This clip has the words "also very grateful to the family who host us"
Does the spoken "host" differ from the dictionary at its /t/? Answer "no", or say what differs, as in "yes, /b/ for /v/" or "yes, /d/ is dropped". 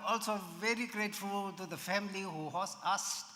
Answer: yes, /t/ is dropped